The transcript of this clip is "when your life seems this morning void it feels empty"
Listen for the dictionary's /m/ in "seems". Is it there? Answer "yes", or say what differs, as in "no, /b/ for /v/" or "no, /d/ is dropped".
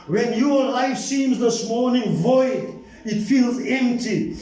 yes